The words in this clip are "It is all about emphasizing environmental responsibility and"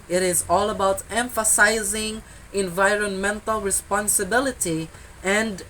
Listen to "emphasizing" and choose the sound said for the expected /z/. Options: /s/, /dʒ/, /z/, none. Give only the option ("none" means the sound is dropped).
/z/